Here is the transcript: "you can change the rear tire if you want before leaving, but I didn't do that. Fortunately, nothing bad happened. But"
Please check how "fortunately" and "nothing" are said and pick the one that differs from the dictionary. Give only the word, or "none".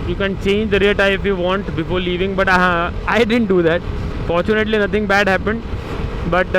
nothing